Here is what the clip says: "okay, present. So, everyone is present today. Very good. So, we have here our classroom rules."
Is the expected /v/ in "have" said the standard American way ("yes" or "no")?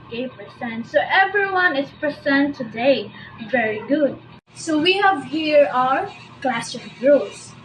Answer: yes